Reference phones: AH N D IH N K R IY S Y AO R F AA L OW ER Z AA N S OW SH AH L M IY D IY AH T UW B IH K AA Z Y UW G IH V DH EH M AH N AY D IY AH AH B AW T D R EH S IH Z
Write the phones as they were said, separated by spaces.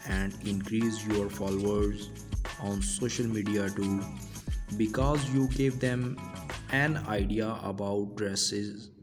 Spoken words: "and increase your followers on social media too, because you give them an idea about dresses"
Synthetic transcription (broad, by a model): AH N D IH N K R IY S Y AO R F AA L OW ER Z AA N S OW SH AH L M IY D IY AH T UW B IH K AA Z Y UW G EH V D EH M AH N AY D IY AH AH B AW T D R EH S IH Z